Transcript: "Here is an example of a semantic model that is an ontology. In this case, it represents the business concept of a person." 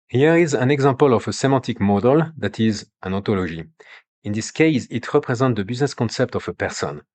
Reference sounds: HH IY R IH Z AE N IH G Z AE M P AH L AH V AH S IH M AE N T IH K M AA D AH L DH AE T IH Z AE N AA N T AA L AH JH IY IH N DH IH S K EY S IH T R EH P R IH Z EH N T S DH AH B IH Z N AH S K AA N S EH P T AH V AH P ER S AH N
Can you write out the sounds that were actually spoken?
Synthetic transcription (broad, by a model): HH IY R IH Z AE N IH G Z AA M P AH L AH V AH S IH M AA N T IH K M AA D AH L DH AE T IH Z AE N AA T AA L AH ZH IY IH N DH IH S K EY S IH T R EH P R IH Z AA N T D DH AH B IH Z N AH S K AA N S EH P T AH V AH P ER S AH N